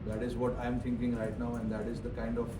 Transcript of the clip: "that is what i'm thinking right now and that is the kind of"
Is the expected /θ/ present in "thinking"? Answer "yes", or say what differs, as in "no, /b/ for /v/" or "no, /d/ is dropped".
no, /t/ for /θ/